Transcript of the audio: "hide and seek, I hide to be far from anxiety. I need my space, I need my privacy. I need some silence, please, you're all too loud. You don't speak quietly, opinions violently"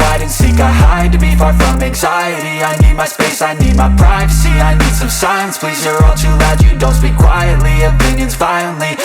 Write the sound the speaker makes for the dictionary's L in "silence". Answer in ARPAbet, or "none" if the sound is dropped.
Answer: none